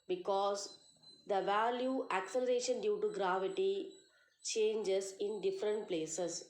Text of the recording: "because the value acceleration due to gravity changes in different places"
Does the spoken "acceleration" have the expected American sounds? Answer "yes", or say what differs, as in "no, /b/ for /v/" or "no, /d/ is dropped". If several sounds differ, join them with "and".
yes